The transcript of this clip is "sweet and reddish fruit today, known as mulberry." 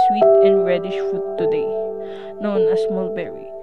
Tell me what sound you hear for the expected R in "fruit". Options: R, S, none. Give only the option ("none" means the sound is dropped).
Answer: none